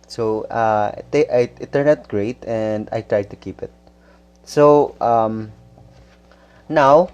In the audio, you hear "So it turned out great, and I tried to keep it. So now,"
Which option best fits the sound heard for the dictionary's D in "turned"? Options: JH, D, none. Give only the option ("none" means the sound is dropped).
none